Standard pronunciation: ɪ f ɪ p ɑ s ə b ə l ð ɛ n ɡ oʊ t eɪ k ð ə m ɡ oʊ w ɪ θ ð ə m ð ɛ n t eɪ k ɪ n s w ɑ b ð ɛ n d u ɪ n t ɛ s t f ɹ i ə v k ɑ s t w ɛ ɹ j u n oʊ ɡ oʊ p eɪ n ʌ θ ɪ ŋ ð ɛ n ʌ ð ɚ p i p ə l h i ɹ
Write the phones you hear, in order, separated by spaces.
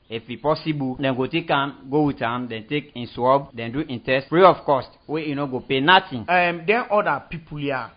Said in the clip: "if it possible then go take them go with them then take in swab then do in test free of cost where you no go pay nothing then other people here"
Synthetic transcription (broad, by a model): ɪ f ɪ p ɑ s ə b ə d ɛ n ɡ oʊ t eɪ k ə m ɡ oʊ w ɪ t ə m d ɛ n t eɪ k ɪ n s w ɑ b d ɛ n d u ɪ n t ɛ s t f ɹ i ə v k ɑ s t w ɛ j u n oʊ ɡ oʊ p eɪ n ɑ t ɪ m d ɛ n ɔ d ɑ p i p ə l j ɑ